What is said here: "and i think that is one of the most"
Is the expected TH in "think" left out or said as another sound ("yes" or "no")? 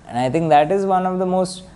yes